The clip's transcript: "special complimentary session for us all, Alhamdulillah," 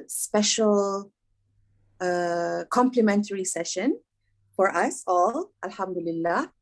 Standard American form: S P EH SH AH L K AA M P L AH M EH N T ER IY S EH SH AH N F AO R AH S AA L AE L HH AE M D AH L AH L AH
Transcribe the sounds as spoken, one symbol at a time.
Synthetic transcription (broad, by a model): S P EH SH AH L K AA M P L AH M EH N T ER IY S EH SH AH N F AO R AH S AA L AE L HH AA M D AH L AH L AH